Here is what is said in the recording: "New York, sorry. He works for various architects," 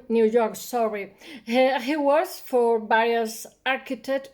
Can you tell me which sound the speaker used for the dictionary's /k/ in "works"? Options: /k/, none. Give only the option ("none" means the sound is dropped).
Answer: none